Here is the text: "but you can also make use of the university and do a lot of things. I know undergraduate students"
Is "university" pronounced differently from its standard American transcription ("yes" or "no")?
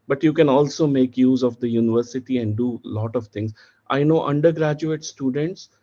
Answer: no